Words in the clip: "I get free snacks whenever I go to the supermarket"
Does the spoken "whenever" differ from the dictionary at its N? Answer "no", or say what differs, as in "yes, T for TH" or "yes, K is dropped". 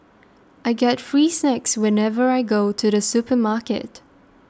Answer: no